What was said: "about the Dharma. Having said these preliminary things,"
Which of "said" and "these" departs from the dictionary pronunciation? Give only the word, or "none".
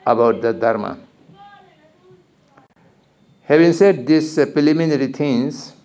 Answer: these